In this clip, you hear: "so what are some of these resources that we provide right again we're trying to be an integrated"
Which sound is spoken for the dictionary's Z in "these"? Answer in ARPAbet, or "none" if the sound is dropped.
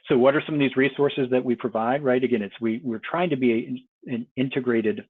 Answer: Z